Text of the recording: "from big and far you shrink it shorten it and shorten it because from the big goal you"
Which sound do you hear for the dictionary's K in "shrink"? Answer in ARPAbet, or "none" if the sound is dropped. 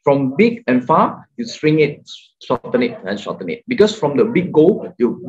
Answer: none